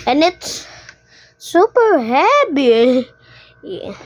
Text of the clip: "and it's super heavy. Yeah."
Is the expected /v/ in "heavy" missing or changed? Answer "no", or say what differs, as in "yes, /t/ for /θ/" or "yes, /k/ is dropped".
yes, /b/ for /v/